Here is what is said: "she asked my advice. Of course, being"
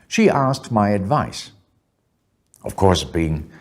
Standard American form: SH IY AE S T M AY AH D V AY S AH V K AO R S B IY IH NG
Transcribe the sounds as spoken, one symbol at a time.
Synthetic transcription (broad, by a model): SH IY AE S T M AY AH D V AY S AH V K AO R S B IY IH NG